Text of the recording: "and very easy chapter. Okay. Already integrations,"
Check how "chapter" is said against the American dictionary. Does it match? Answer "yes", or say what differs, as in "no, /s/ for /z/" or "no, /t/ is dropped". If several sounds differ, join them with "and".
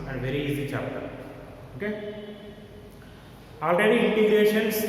no, /p/ is dropped